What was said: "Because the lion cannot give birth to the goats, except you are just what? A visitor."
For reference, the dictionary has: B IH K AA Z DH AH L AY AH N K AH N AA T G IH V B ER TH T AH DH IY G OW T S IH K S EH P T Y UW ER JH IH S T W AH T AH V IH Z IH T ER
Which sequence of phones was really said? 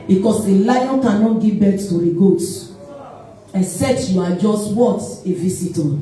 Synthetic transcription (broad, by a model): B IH K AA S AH L AY AH N K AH N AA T G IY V B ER S T AH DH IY G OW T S IH K S EH P T Y UW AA JH IH S T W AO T AH V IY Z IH T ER